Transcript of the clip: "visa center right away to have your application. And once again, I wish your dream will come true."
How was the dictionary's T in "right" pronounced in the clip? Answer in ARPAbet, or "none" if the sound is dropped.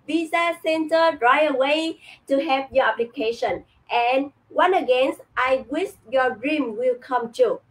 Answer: none